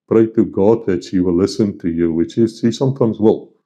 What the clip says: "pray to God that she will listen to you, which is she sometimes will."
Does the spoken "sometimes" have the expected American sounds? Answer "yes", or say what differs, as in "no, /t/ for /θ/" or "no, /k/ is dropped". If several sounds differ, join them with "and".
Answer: yes